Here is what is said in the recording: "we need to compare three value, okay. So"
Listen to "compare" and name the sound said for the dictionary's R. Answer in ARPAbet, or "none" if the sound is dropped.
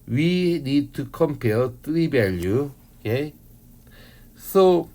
L